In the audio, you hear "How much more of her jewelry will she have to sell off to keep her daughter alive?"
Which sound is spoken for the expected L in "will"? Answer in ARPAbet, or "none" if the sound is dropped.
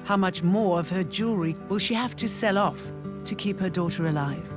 L